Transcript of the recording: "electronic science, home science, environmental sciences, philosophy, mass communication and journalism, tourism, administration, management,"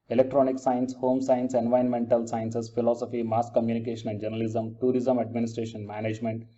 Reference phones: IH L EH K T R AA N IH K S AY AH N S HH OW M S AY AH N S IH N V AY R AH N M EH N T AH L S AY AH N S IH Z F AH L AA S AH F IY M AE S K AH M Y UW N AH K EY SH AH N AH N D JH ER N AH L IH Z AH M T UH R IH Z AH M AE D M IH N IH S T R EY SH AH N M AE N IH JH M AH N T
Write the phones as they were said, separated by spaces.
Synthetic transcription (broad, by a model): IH L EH K T R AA N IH K S AY AH N S HH OW M S AY AH N S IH N V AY AH N M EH N T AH L S AY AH N S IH S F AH L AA S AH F IY M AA S K AH M Y UW N AH K EY SH AH N AH N D JH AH N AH L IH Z AH M T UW R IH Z AH M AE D M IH N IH S T R EY SH AH N M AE N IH JH M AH N T